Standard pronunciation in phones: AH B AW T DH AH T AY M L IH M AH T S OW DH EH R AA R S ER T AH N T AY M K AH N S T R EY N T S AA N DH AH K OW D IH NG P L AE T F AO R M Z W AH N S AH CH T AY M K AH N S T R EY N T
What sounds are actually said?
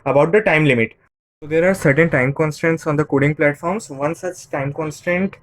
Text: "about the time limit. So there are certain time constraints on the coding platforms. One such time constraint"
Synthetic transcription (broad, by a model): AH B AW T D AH T AY M L IH M AH T S OW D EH R AA R S ER T AH N T AY M K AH N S T EY N T S AA N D AH K OW D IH NG P L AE T F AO R M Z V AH N S AH CH T AY M K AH N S T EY N T